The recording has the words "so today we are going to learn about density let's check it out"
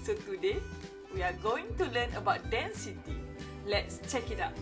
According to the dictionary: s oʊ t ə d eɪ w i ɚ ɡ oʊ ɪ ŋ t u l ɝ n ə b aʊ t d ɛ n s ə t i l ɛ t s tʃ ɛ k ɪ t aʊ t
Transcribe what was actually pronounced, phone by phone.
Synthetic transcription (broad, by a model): s oʊ t ə d eɪ w i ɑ ɡ oʊ ɪ ŋ t u l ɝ n ə b aʊ t d ɛ n s ə t i l ɛ t s tʃ ɛ k ɪ t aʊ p